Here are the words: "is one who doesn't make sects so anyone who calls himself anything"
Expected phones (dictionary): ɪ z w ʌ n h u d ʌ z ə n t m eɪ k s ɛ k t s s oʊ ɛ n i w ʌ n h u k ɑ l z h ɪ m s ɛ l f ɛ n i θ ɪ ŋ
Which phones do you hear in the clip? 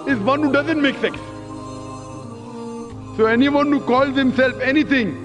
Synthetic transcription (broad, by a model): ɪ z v ʌ n h u d ʌ z ə n t m eɪ k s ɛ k s s oʊ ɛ n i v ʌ n h u k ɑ l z h ɪ m s ɛ l f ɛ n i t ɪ ŋ